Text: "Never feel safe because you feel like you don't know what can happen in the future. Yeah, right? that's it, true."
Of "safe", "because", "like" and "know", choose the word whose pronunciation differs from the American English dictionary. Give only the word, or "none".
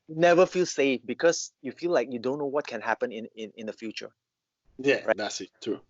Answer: because